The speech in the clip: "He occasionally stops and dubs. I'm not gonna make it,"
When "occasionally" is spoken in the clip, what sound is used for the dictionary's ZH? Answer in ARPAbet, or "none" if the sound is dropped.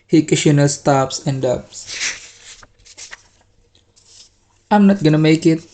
SH